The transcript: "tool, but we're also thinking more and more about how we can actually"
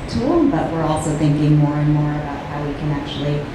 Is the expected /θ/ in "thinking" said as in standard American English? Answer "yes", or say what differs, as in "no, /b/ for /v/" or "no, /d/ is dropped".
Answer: yes